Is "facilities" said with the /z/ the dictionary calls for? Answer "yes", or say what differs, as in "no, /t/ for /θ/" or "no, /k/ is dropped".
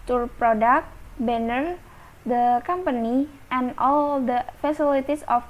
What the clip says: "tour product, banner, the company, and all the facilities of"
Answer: no, /s/ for /z/